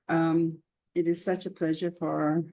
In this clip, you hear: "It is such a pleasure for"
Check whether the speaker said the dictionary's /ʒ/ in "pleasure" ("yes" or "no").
yes